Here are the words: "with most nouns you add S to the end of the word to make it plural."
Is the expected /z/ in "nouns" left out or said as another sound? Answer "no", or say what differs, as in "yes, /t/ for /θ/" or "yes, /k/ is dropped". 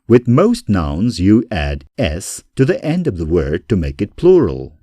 no